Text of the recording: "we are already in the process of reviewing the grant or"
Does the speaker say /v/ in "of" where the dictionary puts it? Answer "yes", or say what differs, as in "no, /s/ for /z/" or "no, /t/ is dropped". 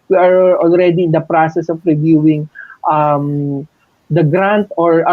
no, /p/ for /v/